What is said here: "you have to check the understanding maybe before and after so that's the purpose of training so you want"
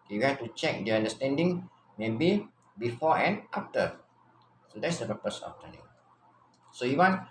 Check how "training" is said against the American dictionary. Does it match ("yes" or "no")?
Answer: no